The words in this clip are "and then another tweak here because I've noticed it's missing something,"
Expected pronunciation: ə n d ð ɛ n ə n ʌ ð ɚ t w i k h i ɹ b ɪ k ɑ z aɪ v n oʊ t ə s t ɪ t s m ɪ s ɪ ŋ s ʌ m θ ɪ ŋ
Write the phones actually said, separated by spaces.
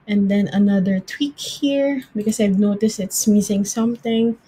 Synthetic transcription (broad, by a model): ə n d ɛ n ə n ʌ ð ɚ t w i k h i ɹ b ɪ k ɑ s aɪ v n oʊ t ə s t ɪ t s m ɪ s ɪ ŋ s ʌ m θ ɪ ŋ